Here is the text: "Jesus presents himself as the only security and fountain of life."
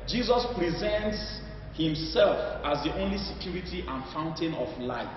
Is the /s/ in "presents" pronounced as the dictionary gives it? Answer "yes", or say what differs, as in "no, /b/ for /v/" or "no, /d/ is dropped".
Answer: yes